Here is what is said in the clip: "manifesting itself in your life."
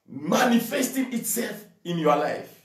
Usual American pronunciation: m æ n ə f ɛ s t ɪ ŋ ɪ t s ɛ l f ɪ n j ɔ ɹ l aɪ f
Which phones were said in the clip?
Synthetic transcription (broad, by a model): m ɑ n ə f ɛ s t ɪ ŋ ɪ t s ɛ l f ɪ n j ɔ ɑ l aɪ f